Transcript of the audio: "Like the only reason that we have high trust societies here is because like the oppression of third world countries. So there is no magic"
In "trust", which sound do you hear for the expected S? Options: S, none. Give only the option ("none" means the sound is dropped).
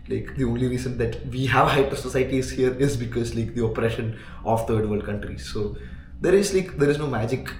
none